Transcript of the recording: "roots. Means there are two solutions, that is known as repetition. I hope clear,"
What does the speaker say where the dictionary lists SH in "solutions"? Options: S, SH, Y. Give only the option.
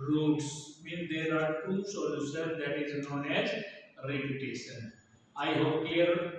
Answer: S